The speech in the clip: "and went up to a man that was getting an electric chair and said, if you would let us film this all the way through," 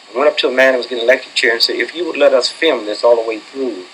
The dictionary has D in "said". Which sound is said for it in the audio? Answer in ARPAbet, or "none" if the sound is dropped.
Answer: none